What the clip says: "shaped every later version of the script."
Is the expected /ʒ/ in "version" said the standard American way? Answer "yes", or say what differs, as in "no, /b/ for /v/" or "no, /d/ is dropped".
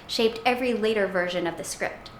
yes